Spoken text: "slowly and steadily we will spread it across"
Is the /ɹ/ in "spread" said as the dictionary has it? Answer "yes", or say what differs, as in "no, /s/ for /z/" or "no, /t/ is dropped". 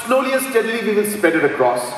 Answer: no, /ɹ/ is dropped